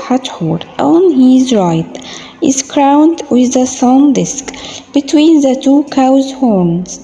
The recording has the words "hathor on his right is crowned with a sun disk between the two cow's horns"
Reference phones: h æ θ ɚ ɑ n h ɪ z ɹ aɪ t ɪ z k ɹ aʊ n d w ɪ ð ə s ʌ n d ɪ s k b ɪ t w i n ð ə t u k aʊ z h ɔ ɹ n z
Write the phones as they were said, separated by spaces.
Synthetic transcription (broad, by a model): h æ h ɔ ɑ n h ɪ z ɹ aɪ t ɪ z k ɹ aʊ n d w ɪ ð ə s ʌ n d ɪ s k b ɪ t w i n ð ə t u k aʊ z h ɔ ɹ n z